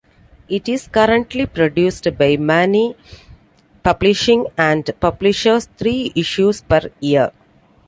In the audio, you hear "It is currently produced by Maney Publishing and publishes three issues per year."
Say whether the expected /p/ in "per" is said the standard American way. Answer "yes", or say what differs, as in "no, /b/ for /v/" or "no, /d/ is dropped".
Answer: yes